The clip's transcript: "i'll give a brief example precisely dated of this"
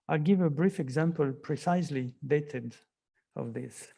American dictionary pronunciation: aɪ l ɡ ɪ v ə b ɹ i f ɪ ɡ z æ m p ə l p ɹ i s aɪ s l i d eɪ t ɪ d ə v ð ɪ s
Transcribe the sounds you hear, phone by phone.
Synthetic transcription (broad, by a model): aɪ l ɡ ɪ v ə b ɹ i f ɪ ɡ z æ m p ə l p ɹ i s aɪ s l i d eɪ t ɪ d ə v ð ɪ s